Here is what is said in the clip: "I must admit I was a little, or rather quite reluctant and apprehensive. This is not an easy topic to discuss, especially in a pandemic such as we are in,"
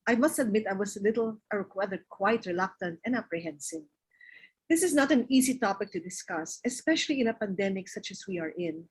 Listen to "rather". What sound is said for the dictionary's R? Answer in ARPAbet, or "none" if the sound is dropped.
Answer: W